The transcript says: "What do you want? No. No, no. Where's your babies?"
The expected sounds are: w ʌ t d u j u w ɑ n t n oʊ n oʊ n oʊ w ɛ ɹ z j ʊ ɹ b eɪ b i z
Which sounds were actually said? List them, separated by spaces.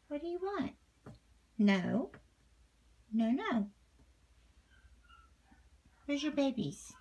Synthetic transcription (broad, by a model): w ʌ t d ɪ j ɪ w ɑ n t n oʊ n oʊ n oʊ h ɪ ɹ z j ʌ ɹ b eɪ b i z